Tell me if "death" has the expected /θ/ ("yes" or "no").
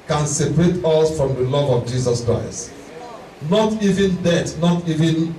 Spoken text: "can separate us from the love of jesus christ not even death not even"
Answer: no